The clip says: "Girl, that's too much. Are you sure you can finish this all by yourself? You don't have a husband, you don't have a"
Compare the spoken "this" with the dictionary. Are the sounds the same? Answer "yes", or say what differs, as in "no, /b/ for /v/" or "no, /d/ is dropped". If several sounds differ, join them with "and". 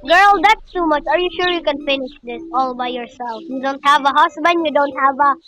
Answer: yes